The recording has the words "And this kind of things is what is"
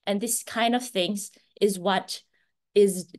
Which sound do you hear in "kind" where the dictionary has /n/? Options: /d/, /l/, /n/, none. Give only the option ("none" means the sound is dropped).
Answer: /n/